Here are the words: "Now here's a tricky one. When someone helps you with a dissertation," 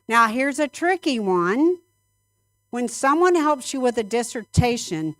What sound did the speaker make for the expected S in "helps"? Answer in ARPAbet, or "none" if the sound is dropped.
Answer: S